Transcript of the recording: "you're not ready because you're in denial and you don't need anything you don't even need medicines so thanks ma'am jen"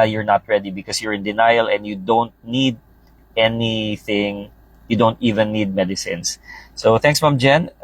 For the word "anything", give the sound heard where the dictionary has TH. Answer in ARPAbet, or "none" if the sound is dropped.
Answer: TH